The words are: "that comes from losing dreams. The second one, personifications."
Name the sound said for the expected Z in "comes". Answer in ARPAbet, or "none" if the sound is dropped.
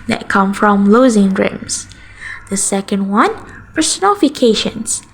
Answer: none